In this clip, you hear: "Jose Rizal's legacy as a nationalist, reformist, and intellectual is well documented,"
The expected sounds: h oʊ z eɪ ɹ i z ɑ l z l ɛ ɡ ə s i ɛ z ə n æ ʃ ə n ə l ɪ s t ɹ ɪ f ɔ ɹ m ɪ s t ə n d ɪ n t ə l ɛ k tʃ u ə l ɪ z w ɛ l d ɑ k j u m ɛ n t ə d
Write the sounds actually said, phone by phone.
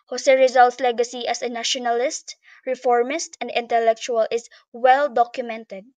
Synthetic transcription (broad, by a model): h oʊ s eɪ ɹ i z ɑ l s l ɛ ɡ ə s i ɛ s ə n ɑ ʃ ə n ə l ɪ s t ɹ ɪ f ɔ ɹ m ɪ s t ə n d ɪ n t ə l ɛ k tʃ u ə l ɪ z w ɛ l d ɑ k j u m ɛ n t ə d